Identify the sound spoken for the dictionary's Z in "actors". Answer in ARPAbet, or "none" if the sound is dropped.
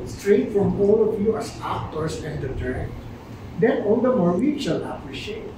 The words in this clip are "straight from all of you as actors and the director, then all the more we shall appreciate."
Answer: S